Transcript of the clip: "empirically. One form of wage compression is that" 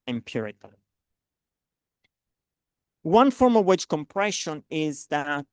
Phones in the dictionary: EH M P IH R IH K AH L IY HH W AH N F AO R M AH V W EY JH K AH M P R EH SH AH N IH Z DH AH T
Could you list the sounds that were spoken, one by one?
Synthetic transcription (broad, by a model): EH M P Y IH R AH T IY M W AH N F AO R M AH V W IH CH K AH M P R EH SH AH N IH Z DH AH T